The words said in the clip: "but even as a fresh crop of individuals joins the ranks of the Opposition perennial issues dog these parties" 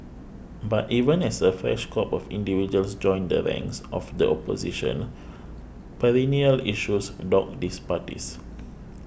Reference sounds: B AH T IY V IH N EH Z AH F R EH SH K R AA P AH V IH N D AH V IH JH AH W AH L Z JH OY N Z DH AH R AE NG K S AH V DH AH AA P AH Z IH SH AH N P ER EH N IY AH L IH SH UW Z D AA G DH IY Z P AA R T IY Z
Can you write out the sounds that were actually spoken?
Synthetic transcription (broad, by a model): B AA T IY V IH N EH S AH F R EH SH K AA P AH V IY N D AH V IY JH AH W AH L S JH OY N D AH R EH NG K S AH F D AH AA P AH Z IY SH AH N P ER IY N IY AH L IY SH UW S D AA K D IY S P AA T IY S